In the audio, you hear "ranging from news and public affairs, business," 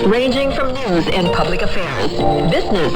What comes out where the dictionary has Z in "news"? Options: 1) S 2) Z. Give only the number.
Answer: 2